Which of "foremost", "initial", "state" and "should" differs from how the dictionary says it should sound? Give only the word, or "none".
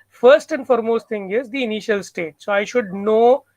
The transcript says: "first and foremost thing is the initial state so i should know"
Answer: none